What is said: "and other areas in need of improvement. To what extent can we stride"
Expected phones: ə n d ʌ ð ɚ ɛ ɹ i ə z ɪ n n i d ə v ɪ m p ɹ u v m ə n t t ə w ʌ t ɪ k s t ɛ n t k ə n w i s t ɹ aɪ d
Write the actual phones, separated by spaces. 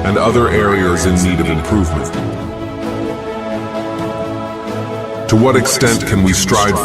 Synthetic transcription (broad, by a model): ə n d ʌ ð ɚ ɛ ɹ i ə z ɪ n n i d ə v ɪ m p ɹ u v m ə n t t ə w ʌ t ɪ k s t ɛ n t k ə n w i s t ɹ aɪ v